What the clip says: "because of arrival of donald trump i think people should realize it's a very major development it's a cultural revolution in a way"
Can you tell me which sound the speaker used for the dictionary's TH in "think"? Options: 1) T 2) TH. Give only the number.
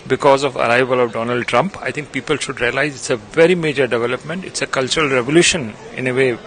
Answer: 1